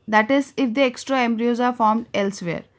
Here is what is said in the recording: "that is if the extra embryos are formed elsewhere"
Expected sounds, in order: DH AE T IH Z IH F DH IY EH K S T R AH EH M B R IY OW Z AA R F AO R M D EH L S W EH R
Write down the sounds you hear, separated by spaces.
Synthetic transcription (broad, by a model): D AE T IH Z IH F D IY EH K S T R AH EH M B R IY OW Z AA R F AO R M D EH L S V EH R